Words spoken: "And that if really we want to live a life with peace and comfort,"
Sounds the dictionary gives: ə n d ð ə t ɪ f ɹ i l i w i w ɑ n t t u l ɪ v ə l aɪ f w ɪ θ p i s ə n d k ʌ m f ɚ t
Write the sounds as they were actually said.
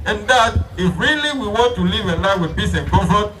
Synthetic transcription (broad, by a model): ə n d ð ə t ɪ f ɹ i l i w i w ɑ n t t u l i v ə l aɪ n w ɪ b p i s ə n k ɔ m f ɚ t